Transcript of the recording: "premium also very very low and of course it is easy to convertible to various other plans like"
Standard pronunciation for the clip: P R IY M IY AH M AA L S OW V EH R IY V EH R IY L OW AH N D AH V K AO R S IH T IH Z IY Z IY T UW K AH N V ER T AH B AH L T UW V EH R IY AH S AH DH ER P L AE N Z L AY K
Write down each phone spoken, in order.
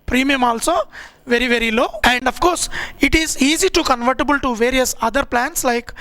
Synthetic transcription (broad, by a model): P R IY M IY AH M AA L S OW V EH R IY V EH R IY L OW AH N D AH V K AO R S IH T IH Z IY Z IY T UW K AH N V ER T AH B AH L T UW V EH R IY AH S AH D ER P L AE N S L AY K